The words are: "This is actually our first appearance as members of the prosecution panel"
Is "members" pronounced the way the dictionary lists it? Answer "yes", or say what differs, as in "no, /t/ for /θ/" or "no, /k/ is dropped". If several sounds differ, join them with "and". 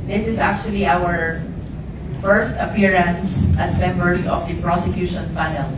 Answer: no, /s/ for /z/